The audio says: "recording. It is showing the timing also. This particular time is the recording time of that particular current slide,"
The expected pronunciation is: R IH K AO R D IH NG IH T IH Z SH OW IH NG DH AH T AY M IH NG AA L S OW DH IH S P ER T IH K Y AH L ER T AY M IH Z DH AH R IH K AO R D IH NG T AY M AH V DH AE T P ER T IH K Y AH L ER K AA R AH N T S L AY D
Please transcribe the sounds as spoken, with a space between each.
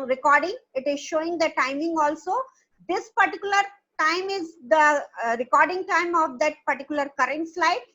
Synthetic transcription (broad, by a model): R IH K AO R D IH NG IH T IH Z SH OW IH NG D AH T AY M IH NG AA L S OW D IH S P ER T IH K Y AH L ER T AY M IH Z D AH R IH K AO R D IH NG T AY M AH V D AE T P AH T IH K Y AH L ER K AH R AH N T S L AY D